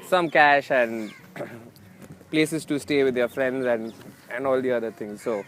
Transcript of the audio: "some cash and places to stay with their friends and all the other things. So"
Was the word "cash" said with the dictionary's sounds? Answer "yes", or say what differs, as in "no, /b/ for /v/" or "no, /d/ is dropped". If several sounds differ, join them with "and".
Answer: yes